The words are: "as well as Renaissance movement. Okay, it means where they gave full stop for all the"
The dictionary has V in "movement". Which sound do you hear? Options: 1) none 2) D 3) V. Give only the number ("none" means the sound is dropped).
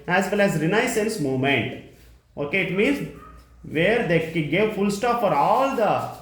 1